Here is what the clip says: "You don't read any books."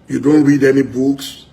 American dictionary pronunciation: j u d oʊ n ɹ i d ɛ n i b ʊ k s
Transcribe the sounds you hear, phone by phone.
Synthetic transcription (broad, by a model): j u d oʊ n ɹ i d ɛ n i b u k s